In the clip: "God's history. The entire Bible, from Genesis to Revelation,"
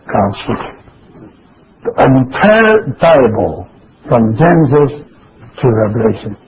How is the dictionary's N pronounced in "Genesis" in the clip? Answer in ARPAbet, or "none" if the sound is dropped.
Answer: none